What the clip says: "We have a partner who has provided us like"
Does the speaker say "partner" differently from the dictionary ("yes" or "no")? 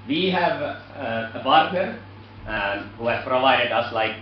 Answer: yes